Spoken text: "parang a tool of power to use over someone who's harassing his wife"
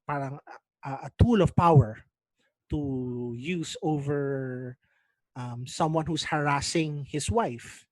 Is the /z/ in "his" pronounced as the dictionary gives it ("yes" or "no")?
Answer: no